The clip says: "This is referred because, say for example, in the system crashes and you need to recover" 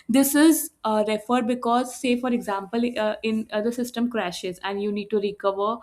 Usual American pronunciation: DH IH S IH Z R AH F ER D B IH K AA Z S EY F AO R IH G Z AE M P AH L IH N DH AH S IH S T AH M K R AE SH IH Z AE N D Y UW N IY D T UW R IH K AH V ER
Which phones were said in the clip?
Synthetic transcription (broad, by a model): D IH S IH Z R AH F ER D B IH K AA Z S EY F AO R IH G Z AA M P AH L IH N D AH S IH S T AH M K R AE SH IH Z AE N D Y UW N IY D T UW R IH K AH V ER